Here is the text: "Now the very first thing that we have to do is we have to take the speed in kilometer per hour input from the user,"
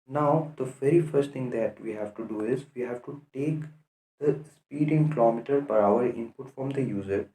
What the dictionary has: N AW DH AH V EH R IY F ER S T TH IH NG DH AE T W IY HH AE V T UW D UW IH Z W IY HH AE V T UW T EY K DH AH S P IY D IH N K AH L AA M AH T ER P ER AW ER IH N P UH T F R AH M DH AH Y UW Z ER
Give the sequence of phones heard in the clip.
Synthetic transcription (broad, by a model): N AW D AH V EH R IY F ER S T T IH NG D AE T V IY HH AE V T UW D UW IH Z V IY HH AE V T UW T EY K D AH S P IY D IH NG K AH L AA M AH T ER P ER AW ER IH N P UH T F R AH M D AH Y UW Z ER